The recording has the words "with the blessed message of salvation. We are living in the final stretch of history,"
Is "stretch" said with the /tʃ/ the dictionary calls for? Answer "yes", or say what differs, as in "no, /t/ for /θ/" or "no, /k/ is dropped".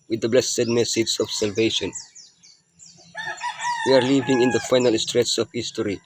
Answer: no, /s/ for /tʃ/